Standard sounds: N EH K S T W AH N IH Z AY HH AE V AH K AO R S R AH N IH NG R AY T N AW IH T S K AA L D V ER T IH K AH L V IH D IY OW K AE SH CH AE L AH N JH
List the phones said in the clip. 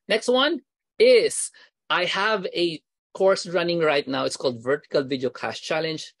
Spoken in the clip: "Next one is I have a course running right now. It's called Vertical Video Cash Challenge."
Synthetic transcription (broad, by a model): N EH K S T W AH N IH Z AY HH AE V AH K AO R S R AH N IH NG R AY T N AW IH T S K AA L D V ER T IH K AH L V IH D IY OW K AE S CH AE L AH N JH